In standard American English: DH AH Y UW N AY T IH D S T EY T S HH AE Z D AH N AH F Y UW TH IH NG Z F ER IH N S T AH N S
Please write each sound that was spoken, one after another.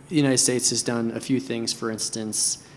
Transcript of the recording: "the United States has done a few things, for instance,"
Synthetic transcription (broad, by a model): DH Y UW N AY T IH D S T EY T S HH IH Z D AH N AH F Y UW TH IH NG Z F ER IH N S T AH N S